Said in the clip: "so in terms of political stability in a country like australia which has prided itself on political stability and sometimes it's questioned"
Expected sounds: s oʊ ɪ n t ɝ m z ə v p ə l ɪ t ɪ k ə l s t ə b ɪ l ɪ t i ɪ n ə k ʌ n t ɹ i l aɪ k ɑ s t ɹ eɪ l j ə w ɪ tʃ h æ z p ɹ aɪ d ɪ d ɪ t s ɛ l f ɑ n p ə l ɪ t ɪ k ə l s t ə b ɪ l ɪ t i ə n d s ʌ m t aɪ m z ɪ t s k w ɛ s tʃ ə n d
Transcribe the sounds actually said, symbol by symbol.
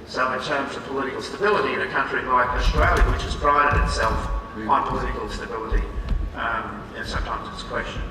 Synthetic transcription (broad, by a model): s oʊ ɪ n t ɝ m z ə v p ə l ɪ t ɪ k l s t ə b ɪ l ɪ t i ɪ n ə k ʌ n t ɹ i l aɪ k ɑ s t ɹ eɪ l j ə w ɪ tʃ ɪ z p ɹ aɪ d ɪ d ɪ t s ɛ l f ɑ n p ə l ɪ t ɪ k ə l s t ə b ɪ l ɪ t i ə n s ʌ m t aɪ m z ɪ t s k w ɛ s tʃ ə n